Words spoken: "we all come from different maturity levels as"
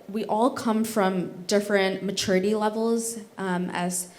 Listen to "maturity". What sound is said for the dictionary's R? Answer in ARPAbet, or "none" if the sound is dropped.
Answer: R